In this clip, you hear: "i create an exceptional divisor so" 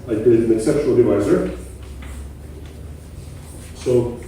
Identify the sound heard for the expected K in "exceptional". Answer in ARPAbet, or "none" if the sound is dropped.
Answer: K